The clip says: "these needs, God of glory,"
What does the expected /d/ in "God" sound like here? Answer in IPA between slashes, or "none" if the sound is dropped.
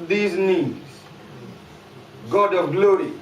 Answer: /d/